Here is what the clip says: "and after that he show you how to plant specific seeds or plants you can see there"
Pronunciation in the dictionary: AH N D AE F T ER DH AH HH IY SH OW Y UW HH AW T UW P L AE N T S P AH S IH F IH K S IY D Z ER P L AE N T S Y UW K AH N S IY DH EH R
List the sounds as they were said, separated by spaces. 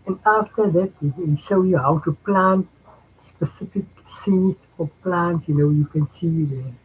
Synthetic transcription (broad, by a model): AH N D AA F T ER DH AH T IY SH OW Y UW HH AW T UW P L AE N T S P AH S IH F IH K S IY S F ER P L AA N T S Y UW K AH N S IY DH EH